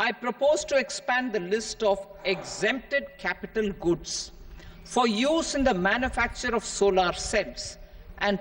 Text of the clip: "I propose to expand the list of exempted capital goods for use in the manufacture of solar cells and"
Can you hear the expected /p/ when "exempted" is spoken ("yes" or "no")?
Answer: yes